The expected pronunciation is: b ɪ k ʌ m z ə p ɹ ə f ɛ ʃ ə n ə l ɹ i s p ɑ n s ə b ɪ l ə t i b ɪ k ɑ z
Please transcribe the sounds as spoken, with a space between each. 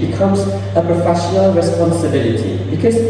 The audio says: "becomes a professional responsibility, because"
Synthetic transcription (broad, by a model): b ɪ k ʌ m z ə p ɹ ə f ɛ ʃ ə n ə l ɹ i s p ɑ n s ə b ɪ l ə t i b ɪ k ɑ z